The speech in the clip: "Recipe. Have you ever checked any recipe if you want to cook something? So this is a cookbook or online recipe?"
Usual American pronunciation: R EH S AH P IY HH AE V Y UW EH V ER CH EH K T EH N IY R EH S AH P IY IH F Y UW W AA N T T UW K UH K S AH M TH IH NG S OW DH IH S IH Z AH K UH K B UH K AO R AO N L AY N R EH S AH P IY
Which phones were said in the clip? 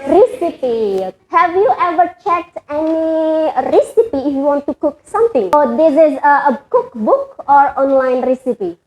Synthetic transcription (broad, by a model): R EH S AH P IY HH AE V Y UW EH V ER CH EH T EH N IY R EH S AH P IY IH F Y UW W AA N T T UW K UH K S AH M T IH NG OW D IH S IH Z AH K UH K B UH K AO R AO N L AY N R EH S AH P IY